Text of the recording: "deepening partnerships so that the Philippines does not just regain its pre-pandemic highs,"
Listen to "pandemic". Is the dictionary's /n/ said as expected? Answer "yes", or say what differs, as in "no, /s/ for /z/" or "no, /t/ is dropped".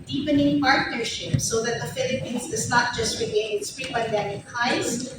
no, /n/ is dropped